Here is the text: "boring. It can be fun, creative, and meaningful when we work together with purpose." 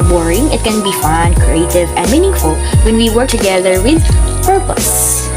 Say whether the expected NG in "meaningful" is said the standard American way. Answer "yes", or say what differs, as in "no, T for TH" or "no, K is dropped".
yes